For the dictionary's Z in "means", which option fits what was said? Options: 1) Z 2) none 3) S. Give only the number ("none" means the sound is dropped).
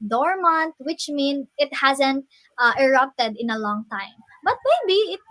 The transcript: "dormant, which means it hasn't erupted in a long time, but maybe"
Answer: 2